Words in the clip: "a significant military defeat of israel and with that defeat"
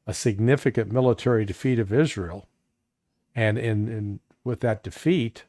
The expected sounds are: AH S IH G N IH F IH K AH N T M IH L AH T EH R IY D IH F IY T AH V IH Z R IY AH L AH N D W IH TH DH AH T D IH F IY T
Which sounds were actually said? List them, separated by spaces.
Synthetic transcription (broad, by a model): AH S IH G N IH F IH K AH N M IH L AH T EH R IY D IH F IY T AH V IH Z R IY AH N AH N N W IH DH AH T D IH F IY T